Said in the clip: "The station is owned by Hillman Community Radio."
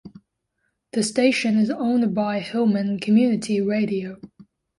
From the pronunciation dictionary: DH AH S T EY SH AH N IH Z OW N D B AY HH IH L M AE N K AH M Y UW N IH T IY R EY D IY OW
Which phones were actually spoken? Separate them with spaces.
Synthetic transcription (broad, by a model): DH AH S T EY SH AH N IH Z OW N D B AY HH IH L M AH N K AH M Y UW N IH T IY R EY D IY OW